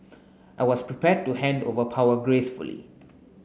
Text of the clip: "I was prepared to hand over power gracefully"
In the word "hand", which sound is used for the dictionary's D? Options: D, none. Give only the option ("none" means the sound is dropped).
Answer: D